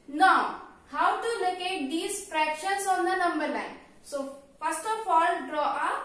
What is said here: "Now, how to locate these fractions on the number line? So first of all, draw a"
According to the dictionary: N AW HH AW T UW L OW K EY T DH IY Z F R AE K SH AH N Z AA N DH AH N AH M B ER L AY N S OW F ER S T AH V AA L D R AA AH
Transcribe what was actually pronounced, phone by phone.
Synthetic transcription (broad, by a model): N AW HH AW T UW L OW K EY T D IY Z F R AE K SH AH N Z AA N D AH N AH M B ER N AY N S OW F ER S T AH F AA L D R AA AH